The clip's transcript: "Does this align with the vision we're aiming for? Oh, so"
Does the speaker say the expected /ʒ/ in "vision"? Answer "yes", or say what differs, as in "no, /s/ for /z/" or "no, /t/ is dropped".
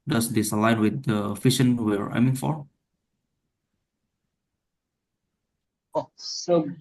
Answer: no, /ʃ/ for /ʒ/